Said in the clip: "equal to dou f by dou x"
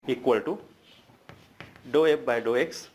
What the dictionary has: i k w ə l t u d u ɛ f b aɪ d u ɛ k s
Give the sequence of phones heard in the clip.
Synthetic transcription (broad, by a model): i k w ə l t u d u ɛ p b aɪ d u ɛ k s